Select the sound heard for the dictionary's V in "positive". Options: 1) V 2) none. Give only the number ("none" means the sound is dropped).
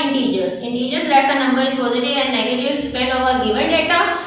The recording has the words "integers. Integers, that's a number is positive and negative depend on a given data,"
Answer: 2